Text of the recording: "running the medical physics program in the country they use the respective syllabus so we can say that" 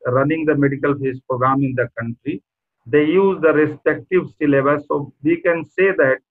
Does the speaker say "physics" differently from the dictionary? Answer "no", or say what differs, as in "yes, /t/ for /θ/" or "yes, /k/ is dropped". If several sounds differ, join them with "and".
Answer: yes, /k/ is dropped